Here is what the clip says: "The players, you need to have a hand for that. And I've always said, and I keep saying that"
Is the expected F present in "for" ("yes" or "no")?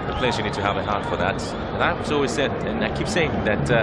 yes